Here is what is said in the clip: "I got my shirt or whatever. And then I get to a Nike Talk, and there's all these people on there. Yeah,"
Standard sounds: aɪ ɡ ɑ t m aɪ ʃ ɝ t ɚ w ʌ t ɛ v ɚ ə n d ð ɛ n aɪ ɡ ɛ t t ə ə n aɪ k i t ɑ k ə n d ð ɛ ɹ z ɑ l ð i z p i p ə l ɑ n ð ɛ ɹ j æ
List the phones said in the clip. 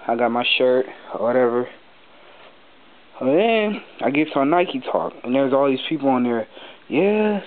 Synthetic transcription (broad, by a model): aɪ ɡ ɑ t m aɪ ʃ ɝ t w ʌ t ɛ v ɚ ə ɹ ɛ aɪ ɡ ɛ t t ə ə n aɪ k i t ɑ k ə n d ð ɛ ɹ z ɑ l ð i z p i p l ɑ n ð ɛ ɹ j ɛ